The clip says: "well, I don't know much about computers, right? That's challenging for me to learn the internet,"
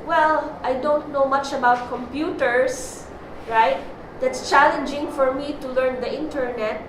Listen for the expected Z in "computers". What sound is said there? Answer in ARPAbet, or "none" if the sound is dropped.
S